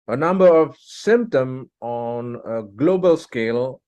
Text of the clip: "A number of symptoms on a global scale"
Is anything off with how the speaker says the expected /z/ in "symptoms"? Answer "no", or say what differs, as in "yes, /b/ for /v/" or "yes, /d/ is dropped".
yes, /z/ is dropped